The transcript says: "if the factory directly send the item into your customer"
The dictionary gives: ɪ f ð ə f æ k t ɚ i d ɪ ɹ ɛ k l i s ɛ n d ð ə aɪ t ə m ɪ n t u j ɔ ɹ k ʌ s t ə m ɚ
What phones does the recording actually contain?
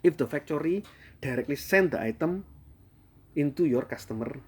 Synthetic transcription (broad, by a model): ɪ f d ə f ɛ k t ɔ i d ɪ ɹ ɛ k l i s ɛ n d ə aɪ t ə m ɪ n t u j ɔ ɹ k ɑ s t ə m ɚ